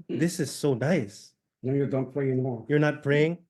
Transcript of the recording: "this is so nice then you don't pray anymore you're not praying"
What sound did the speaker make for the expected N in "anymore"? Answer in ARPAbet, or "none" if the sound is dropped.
none